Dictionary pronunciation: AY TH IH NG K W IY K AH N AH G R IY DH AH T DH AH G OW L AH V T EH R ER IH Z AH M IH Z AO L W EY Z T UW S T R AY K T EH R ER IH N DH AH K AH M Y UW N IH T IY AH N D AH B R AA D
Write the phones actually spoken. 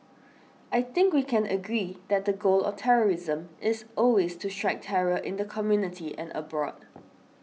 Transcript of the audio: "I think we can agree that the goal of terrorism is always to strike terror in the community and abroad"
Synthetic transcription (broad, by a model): AY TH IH NG K W IY K AH N AH G R IY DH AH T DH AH G OW L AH T EH R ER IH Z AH M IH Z AO L W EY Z T UW S T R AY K T EH R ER IH N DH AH K AH M Y UW N IH T IY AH N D AH B R AA D